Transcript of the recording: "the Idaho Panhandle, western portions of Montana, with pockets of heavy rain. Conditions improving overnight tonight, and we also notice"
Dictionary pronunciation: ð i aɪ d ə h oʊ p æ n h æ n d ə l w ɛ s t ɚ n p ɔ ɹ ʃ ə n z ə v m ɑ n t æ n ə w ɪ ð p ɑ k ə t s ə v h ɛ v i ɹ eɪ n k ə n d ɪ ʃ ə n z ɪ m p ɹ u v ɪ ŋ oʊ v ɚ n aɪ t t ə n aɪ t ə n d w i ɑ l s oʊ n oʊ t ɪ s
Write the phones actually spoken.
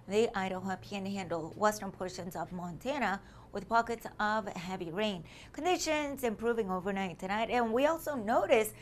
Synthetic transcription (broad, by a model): ð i aɪ d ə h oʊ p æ n h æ n d l w ɛ s t ɚ n p ɔ ɹ ʃ ə n z ə v m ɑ n t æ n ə w ɪ ð p ɑ k ə t s ə v h ɛ v i ɹ eɪ n k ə n d ɪ ʃ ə n z ɪ m p ɹ u v ɪ ŋ oʊ v ɚ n aɪ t t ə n aɪ t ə n w i ɑ l s oʊ n oʊ t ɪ s